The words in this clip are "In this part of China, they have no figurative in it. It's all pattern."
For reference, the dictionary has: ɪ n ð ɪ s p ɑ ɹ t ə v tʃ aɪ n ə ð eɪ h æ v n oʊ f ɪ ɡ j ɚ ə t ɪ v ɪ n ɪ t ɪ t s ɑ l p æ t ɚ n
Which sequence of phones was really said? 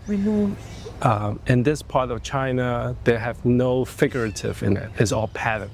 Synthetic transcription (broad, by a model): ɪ n ð ɪ s p ɑ ɹ t ə v tʃ aɪ n ə ð eɪ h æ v n oʊ f ɪ ɡ j ɚ ə t ɪ v ɪ n ɪ t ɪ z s ɑ l p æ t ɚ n